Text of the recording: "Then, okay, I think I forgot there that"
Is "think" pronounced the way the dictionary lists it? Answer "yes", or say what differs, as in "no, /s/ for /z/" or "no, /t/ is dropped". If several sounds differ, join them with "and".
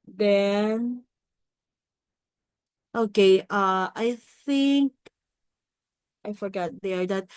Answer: yes